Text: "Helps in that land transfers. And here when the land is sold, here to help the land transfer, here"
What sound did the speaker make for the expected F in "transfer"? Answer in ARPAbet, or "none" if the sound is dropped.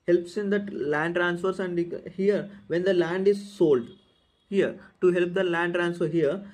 F